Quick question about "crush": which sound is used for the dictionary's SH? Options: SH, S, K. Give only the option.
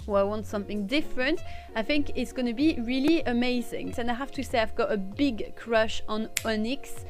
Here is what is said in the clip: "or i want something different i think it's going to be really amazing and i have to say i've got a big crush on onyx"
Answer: SH